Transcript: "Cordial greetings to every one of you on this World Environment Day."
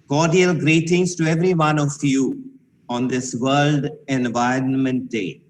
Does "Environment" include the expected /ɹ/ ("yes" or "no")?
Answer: yes